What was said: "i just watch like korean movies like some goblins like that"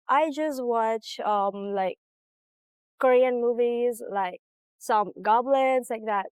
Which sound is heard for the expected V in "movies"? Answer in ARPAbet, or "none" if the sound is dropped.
V